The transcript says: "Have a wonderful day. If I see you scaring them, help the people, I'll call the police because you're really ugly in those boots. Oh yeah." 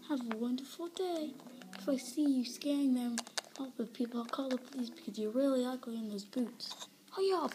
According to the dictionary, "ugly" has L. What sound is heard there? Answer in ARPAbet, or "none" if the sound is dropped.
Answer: none